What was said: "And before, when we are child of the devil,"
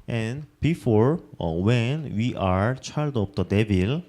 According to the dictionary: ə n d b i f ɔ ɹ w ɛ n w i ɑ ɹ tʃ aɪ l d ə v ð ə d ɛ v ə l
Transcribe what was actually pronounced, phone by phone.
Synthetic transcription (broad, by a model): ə n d b i f ɔ ɹ w ɛ n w i ɑ ɹ tʃ aɪ l d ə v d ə d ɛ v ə l